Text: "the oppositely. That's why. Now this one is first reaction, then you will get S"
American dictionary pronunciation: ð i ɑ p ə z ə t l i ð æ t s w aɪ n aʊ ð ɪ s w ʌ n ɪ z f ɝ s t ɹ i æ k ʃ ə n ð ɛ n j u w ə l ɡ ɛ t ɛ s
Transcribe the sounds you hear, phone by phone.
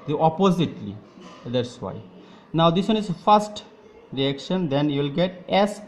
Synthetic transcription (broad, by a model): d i ɑ p ə z ə t l i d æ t s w aɪ n aʊ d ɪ s w ʌ n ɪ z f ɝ s t ɹ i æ k ʃ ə n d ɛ n j u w l ɡ ɛ t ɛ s